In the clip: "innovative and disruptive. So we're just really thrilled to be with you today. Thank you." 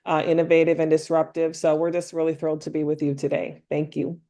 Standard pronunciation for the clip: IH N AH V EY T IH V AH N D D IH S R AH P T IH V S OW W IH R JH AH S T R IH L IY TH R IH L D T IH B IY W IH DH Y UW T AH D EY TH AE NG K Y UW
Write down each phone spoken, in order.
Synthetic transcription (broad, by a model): IH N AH V EY T IH V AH N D D IH S R AH P T IH V S OW W IH R JH AH S T R IH L IY TH R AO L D T IH B IY W IH DH Y UW T AH D EY TH AE NG K Y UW